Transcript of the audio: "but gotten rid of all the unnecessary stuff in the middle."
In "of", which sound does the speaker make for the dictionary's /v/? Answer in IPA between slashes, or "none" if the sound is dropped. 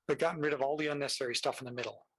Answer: /v/